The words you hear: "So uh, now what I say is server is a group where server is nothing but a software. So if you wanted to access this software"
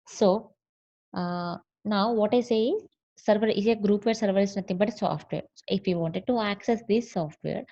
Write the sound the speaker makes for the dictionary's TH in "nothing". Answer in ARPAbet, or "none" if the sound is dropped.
T